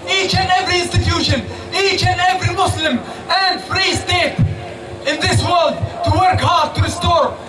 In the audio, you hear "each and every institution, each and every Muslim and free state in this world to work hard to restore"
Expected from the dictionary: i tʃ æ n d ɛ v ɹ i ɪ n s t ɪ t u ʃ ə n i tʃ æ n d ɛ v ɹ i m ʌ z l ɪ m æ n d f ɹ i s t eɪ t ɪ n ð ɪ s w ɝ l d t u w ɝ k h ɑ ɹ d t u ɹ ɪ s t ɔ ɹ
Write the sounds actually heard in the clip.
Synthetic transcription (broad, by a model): i tʃ æ n d ɛ v ɹ i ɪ n s t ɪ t u ʃ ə n i tʃ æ n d ɛ v ɹ i m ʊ s l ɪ m æ n d f ɹ i s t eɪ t ɪ n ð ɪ s w ɝ l d t u w ɝ k h ɑ ɹ d t u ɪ s t ɔ ɹ